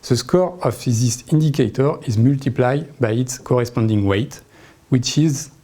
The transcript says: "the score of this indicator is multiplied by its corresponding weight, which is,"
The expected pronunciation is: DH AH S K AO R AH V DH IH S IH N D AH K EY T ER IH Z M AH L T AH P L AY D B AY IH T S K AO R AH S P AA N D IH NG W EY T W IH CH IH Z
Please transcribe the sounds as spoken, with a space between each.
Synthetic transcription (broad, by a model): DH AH S K AO R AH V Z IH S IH N D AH K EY T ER IH Z M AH L T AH P L AY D B AY IH T S K AO R AH S P AA N D IH NG W EY T W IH CH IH Z